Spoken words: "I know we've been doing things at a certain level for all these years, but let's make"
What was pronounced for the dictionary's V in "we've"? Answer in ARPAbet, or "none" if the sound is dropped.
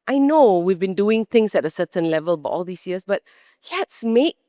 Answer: V